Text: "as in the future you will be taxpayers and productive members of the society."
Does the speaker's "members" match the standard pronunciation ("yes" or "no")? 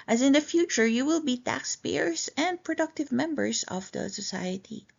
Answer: no